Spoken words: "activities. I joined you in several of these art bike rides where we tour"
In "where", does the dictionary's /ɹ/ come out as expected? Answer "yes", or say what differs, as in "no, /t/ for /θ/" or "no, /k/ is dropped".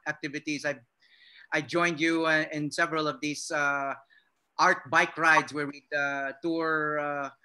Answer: yes